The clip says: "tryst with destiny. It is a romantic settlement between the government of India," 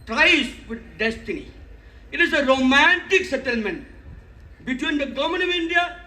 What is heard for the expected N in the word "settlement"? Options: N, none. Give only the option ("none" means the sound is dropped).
N